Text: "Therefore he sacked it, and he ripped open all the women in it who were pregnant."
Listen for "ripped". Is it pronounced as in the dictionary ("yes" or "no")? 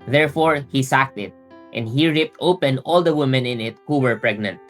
yes